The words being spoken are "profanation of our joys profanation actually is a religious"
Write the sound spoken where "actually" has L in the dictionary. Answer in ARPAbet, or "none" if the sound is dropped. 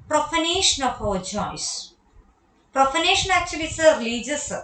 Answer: none